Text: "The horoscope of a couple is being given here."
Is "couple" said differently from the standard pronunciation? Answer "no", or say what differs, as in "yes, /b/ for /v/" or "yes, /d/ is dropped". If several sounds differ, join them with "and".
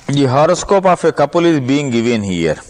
no